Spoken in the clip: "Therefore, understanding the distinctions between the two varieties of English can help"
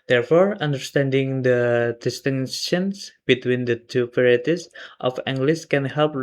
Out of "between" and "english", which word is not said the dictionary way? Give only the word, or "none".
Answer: english